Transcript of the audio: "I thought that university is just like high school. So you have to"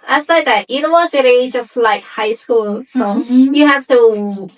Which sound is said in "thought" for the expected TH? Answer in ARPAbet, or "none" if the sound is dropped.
S